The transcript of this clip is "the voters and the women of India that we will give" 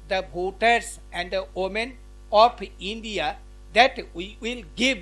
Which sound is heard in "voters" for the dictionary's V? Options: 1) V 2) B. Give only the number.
2